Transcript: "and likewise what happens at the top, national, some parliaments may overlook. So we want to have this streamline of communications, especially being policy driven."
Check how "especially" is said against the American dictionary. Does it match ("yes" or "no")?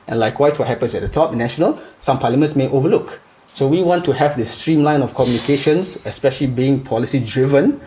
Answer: yes